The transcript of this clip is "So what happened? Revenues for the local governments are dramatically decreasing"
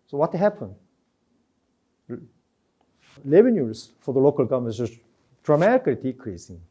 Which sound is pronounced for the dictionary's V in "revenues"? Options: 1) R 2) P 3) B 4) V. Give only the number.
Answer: 3